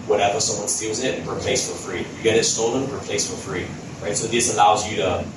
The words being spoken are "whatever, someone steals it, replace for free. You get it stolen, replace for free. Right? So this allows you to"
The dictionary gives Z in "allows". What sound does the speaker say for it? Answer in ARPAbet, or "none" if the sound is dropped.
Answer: Z